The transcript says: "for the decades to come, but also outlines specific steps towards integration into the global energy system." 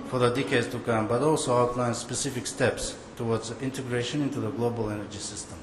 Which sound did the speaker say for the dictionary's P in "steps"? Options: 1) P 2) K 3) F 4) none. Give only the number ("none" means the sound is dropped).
1